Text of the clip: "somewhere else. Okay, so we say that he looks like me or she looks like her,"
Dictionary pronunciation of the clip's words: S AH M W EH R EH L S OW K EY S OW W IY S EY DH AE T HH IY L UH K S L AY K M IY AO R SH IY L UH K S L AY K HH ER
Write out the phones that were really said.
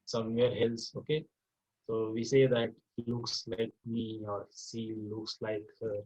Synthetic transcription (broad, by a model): S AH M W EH R EH L S OW K EY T OW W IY S EY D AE T HH IY L UH K S L AY K M IY AO R S IY L UH K S L AY K HH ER